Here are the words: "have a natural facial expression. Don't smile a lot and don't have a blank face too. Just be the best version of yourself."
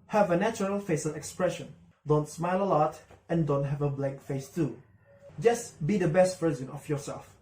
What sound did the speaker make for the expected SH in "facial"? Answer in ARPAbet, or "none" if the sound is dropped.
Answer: S